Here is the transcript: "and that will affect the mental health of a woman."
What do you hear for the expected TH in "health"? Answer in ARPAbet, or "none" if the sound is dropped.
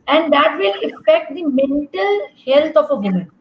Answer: T